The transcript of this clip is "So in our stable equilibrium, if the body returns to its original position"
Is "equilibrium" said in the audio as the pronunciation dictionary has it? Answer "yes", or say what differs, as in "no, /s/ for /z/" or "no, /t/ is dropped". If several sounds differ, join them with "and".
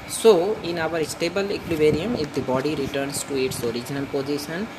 no, /b/ is dropped